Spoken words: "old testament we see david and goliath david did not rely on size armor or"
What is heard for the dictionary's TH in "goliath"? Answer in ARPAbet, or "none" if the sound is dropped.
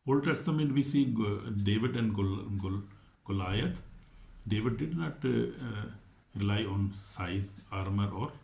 T